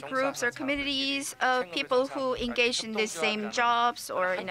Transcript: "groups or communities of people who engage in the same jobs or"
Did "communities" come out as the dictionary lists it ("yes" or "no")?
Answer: yes